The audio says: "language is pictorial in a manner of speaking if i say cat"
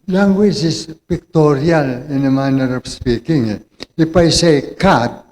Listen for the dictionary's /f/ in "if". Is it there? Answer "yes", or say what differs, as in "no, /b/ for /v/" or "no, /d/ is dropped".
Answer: no, /p/ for /f/